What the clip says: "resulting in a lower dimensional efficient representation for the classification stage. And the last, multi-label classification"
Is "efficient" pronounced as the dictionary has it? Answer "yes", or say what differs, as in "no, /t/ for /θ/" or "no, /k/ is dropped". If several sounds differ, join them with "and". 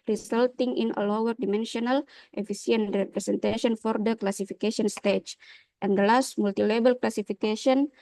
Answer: no, /s/ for /ʃ/